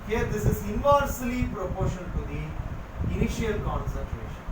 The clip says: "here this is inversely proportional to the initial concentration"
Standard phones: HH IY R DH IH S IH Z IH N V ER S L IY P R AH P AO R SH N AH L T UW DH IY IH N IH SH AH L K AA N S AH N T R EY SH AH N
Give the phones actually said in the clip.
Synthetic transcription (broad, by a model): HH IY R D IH S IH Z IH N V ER S L IY P R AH P AO R SH AH N T UW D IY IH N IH SH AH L K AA N S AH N T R EY SH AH N